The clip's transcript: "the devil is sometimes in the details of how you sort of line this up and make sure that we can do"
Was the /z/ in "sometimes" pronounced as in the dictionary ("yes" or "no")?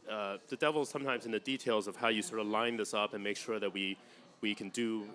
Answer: yes